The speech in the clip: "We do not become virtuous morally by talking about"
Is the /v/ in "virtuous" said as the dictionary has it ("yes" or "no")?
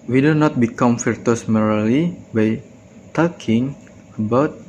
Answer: no